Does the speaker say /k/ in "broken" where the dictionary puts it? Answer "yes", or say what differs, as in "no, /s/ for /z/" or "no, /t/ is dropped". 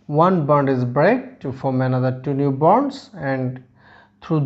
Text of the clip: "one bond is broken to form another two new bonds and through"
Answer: no, /k/ is dropped